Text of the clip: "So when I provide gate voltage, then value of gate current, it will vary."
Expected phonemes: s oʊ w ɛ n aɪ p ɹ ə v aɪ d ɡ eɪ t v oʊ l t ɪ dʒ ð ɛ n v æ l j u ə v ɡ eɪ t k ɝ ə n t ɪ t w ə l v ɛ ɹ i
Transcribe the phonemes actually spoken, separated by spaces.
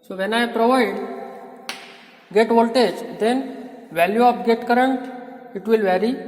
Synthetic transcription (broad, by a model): s oʊ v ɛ n aɪ p ɹ ə v aɪ d ɡ eɪ t v oʊ l t ɪ dʒ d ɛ n v æ l j u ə p ɡ eɪ t k ɝ ə n t ɪ t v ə l v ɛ ɹ i